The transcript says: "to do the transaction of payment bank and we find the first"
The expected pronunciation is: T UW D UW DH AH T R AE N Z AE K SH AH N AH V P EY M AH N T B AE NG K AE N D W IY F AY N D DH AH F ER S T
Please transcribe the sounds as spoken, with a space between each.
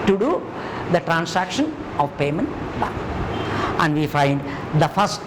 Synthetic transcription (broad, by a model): T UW D UW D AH T R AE N S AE K SH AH N AH V P EY M AH N T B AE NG AE N D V IY F AY N D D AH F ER S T